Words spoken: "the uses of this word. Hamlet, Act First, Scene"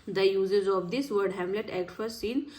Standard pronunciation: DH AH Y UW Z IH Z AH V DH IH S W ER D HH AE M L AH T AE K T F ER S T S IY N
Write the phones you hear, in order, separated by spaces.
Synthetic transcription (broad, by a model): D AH Y UW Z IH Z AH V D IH S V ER D HH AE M L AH T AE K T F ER T S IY N